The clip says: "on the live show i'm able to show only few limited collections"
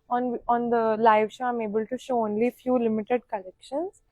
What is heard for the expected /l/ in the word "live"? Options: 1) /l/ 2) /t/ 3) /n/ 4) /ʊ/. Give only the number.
1